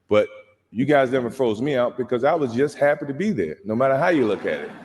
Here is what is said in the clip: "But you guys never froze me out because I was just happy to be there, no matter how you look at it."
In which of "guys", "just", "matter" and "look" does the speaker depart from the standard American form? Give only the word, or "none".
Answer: none